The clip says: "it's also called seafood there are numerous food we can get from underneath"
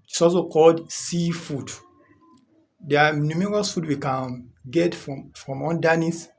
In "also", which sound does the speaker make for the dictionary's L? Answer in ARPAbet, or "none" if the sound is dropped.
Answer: none